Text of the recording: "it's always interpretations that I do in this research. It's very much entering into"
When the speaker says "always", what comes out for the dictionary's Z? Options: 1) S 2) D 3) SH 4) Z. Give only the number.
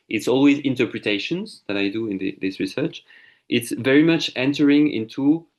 4